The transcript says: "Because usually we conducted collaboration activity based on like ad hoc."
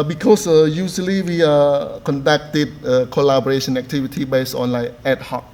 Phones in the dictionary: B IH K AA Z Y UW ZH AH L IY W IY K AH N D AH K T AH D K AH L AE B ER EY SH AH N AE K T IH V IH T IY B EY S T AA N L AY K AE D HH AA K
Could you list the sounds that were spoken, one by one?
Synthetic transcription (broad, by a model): B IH K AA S Y UW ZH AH L IY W IY K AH N D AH K T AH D K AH L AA B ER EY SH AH N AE K T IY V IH T IY B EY S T AA N L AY EH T HH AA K